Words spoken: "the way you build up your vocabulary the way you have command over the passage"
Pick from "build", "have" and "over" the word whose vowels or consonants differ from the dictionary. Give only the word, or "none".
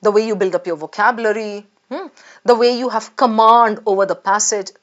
none